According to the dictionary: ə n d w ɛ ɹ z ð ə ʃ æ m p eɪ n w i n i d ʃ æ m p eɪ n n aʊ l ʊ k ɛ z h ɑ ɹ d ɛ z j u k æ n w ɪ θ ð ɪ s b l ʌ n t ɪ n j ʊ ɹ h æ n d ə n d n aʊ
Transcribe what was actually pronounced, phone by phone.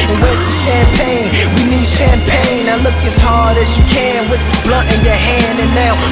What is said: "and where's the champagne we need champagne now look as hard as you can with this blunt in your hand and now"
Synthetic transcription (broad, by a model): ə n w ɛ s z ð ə ʃ æ m p eɪ n w i n i d ʃ æ m p eɪ n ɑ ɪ l ʊ k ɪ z h ɑ ɹ d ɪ z j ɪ k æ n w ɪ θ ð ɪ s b l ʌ t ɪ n j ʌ ɹ h æ n d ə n n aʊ